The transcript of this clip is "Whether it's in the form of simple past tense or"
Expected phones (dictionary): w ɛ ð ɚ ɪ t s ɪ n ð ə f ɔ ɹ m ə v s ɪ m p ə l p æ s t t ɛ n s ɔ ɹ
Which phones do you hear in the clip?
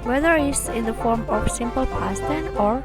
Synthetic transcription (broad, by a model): w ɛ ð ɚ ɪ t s ɪ n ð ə f ɔ ɹ m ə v s ɪ m p ə l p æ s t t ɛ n ɔ ɹ